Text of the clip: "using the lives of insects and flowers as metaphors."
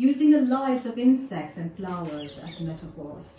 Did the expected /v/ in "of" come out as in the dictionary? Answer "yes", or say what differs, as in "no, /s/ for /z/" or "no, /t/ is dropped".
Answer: yes